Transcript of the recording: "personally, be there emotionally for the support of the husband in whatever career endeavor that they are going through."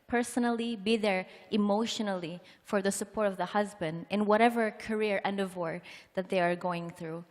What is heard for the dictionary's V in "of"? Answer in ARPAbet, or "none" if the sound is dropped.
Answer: V